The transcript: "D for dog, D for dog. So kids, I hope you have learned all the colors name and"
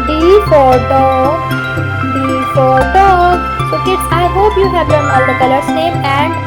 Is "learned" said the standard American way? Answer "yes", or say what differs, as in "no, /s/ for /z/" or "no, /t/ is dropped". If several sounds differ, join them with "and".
no, /d/ is dropped